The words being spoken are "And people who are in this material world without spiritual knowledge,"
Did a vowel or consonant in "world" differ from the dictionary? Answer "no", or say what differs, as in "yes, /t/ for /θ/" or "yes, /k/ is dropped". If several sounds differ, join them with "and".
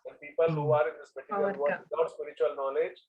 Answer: yes, /l/ is dropped